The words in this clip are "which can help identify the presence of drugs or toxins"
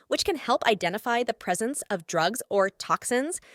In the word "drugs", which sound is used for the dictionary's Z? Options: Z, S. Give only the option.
Z